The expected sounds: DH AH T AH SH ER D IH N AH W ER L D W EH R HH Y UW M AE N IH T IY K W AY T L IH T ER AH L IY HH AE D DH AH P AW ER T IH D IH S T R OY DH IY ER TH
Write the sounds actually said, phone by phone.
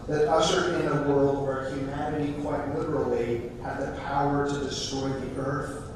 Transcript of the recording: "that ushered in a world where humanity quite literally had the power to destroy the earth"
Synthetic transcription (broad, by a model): DH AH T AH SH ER IH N AH W ER L D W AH R HH Y UW M AE N IH T IY K W AY T L IH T ER L IY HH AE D DH AH P AW ER T IH D IH S T R OY DH IY ER TH